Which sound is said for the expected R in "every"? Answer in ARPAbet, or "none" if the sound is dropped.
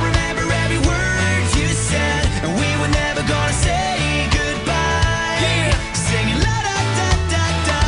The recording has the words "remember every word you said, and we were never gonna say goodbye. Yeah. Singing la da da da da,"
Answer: none